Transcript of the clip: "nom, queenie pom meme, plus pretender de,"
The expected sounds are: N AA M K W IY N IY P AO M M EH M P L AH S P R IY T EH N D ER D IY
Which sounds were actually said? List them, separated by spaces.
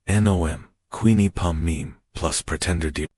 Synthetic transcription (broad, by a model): N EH M K W IY N IY P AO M M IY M P L AH S P R IY T EH N D ER D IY